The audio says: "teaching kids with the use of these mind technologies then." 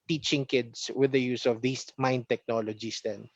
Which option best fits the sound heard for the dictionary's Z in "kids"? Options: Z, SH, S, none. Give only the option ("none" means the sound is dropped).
S